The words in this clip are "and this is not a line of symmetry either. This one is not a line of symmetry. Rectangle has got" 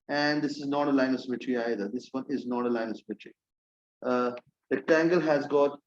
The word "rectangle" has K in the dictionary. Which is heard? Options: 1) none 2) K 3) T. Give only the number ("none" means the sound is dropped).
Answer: 1